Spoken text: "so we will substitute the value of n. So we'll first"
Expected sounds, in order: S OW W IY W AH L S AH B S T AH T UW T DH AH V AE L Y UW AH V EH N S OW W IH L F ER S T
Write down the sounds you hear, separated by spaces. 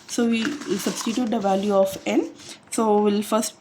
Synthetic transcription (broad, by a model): S OW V IY S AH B S T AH T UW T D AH V AE L Y UW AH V EH N S OW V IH L F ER S T